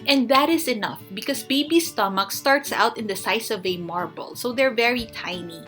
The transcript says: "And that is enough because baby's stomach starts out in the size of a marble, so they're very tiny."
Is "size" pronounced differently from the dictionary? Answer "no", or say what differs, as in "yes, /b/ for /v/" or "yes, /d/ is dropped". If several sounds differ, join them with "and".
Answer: yes, /s/ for /z/